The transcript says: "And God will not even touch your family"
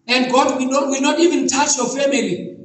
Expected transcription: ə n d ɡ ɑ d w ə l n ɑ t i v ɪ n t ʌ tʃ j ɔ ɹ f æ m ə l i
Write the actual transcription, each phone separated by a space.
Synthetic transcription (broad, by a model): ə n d ɡ ɑ d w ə w n ɑ t i v ɪ n t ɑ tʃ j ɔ f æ m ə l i